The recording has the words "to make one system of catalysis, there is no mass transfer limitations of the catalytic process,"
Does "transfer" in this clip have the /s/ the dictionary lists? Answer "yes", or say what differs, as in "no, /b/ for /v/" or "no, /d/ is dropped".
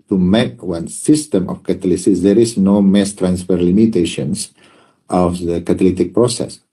yes